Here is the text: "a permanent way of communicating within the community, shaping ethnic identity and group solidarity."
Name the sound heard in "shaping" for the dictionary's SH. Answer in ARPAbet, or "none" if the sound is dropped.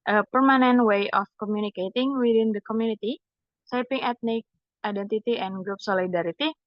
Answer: S